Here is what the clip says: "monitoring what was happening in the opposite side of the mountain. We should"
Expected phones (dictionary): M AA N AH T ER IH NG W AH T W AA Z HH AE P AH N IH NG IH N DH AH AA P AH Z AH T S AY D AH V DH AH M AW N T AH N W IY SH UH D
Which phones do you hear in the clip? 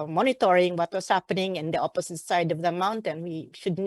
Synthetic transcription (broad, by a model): M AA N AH T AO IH NG W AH T W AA S HH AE P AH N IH NG IH N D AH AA P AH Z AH T S AY D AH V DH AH M AW N T AH N W IY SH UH D